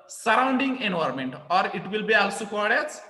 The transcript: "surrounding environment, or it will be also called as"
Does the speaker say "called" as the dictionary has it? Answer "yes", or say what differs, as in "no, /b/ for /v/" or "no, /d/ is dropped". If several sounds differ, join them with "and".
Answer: no, /l/ is dropped